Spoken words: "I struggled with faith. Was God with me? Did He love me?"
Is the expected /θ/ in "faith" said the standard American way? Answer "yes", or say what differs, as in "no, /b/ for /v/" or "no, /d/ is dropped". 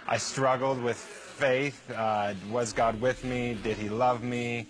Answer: yes